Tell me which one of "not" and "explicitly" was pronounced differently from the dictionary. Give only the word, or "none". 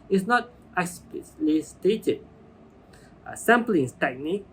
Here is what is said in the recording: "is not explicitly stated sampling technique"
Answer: explicitly